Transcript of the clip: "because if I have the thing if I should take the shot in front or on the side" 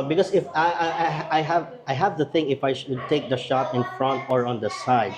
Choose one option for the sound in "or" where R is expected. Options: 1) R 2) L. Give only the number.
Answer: 1